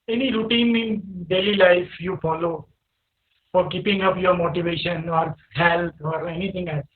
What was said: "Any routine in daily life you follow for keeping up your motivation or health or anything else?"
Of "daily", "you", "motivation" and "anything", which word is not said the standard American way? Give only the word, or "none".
anything